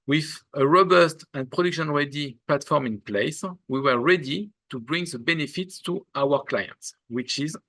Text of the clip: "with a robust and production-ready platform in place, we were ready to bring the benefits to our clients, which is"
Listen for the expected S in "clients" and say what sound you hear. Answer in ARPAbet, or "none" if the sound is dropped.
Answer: S